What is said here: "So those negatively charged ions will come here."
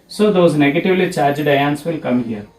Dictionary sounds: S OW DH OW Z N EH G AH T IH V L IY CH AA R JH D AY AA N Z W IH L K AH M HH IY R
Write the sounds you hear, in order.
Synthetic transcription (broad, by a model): S OW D OW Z N EH G AH T IH V L IY CH AA R JH D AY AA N S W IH L K AH M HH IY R